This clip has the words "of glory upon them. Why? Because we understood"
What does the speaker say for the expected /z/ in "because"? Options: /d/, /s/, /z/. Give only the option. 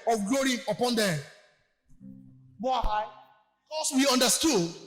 /s/